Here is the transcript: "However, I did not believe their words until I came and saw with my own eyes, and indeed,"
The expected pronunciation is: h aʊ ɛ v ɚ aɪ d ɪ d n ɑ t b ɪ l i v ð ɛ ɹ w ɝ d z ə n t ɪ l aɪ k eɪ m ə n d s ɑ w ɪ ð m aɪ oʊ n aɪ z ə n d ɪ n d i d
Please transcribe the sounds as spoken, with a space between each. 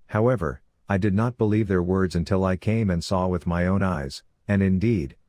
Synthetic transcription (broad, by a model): h aʊ ɛ v ɚ aɪ d ɪ d n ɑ t b ɪ l i v ð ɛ ɹ w ɝ d z ə n t ɪ l aɪ k eɪ m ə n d s ɑ w ɪ ð m aɪ oʊ n aɪ z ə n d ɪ n d i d